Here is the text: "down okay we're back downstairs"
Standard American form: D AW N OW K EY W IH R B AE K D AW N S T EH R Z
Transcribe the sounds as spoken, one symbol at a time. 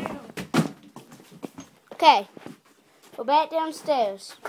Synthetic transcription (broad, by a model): OW K EY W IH L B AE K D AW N S T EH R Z